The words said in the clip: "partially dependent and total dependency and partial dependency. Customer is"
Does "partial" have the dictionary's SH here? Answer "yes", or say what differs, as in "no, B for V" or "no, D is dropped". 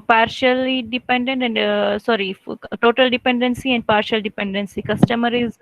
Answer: yes